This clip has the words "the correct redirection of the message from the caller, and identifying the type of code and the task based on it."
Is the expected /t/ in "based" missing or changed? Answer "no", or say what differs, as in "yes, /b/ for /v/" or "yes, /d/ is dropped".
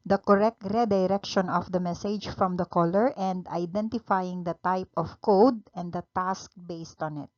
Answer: no